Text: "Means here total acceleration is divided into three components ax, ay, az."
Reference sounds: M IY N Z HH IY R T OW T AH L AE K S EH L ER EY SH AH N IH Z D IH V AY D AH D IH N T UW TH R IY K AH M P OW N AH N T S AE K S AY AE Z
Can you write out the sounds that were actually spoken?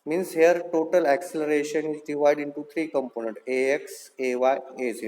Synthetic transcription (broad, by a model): M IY N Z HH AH R T OW T AH L AE K S EH L ER EY SH AH N IH Z D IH V AY D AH N T UW T R IY K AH M P OW N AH N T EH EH K S AY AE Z